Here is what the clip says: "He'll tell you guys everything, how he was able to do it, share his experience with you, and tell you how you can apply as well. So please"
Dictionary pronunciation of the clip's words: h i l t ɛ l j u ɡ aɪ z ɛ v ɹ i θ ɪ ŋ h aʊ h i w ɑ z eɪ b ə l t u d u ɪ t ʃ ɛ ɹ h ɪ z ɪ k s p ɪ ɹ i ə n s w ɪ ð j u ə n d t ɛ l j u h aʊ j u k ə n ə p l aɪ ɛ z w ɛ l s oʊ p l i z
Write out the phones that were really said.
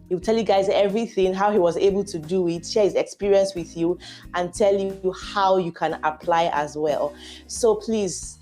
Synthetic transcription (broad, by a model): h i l t ɛ l j u ɡ aɪ z ɛ v ɹ i θ ɪ ŋ h aʊ h i w ɑ z eɪ b ə l t u d u ɪ t ʃ ɛ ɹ h ɪ z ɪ k s p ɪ ɹ i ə n s w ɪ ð j u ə n t ɛ l j u h aʊ j u k ə n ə p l aɪ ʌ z w ɛ l s oʊ p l i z